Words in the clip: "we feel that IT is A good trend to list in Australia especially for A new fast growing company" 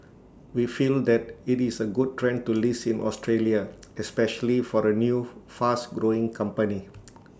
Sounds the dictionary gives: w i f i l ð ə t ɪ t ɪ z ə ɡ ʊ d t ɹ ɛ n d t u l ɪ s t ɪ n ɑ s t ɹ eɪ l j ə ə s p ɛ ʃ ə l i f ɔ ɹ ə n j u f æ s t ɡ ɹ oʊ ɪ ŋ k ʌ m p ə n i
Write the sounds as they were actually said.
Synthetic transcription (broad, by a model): w i f i l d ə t ɪ t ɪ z ə ɡ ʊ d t ɹ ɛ n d t u l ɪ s ɪ n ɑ s t ɹ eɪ l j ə ə s p ɛ ʃ ə l i f ɔ ɹ ə n j u f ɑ s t ɡ ɹ oʊ ɪ ŋ k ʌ m p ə n i